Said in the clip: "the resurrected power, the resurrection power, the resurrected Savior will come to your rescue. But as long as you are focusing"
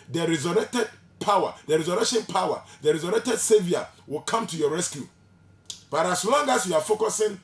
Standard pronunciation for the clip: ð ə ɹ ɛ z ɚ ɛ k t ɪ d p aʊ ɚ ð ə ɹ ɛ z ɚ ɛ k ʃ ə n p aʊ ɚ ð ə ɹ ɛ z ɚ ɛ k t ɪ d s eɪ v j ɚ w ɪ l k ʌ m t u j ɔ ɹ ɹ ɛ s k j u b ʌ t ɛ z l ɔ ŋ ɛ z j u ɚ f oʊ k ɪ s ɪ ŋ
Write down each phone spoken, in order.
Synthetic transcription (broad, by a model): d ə ɹ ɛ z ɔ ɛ k t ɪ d p aʊ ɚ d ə ɹ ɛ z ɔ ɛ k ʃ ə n p aʊ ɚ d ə ɹ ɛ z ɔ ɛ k t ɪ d s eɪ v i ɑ w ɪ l k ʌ m t u j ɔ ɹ ɹ ɛ s k j u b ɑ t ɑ s l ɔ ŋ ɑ s j u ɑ f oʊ k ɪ s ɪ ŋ